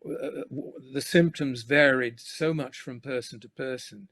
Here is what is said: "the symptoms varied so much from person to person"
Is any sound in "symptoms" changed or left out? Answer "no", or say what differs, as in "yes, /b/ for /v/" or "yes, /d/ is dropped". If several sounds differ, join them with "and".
no